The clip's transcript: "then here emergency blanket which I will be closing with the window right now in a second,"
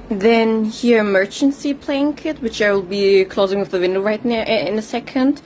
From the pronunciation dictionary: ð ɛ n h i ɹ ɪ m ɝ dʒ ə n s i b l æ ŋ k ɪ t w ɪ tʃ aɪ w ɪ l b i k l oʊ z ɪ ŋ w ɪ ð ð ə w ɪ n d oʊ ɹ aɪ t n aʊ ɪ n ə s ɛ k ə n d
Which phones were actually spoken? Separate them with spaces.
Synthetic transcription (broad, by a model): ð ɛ n h i ɹ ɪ m ɝ tʃ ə n s i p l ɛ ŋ k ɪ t w ɪ tʃ aɪ w ɪ l b i k l oʊ z ɪ ŋ w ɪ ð ð ə w ɪ n d oʊ ɹ aɪ t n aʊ ɪ n ə s ɛ k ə n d